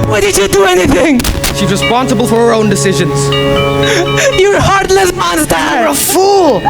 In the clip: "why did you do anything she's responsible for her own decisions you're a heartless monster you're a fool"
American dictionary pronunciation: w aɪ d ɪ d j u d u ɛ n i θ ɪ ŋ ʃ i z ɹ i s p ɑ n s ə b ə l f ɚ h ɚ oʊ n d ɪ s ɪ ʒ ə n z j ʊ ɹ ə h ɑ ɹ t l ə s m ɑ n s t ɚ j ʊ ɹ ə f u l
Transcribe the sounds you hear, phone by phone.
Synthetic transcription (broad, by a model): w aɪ d ɪ d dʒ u d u ɛ n i θ ɪ ŋ ʃ i z ɹ i s p ɑ n s ə b ə l f ɚ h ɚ oʊ n d ɪ s ɪ ʒ ə n z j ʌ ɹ h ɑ ɹ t l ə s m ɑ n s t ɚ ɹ ə f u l